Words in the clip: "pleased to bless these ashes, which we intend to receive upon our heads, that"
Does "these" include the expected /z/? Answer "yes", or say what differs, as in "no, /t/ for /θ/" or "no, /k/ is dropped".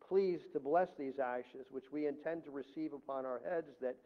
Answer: yes